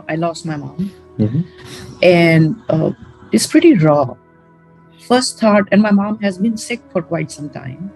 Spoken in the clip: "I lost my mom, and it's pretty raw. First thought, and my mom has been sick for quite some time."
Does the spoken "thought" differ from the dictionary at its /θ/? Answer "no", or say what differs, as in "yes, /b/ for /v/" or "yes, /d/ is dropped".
yes, /t/ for /θ/